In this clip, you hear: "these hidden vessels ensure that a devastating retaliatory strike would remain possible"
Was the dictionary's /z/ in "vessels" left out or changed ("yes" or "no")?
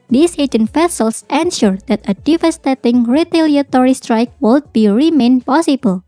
yes